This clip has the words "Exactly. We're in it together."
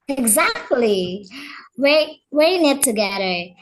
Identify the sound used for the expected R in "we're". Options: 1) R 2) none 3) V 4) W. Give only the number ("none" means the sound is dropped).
4